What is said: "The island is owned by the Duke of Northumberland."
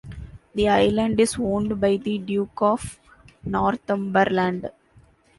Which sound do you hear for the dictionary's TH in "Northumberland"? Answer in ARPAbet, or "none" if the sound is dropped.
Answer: T